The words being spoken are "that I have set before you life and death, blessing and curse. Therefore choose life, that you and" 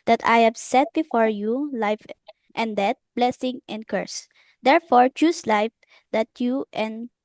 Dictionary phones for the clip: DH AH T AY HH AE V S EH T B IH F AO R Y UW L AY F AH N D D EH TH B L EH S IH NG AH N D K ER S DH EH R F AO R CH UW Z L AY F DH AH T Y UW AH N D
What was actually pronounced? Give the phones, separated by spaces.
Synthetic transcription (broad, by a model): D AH T AY HH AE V S EH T B IH F AO R Y UW L AY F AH N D D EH T B L EH S IH NG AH N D K ER S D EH R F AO R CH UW S L AY F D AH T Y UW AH N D